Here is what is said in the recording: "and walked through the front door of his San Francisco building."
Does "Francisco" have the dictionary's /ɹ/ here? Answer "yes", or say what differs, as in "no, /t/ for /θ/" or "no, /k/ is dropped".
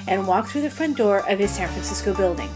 yes